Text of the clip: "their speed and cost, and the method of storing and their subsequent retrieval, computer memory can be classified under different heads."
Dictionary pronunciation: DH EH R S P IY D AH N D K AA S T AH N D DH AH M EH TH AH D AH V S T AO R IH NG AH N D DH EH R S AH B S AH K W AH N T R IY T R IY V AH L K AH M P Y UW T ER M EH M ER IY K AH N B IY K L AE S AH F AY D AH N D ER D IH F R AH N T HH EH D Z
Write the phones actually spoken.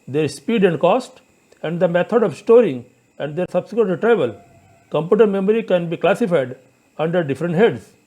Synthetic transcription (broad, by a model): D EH R S P IY D AH N D K AA S T AH N D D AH M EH T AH D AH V S T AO R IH NG AH N D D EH R S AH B S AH K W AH T L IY T R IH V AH L K AH M P Y UW T ER M EH M ER IY K AH N B IY K L AE S AH F AY D AH N D ER D IH F R AH N T HH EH D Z